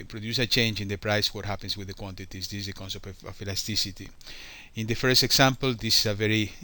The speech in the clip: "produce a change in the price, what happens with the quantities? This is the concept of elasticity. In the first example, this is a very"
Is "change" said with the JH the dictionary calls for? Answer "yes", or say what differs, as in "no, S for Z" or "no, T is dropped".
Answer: yes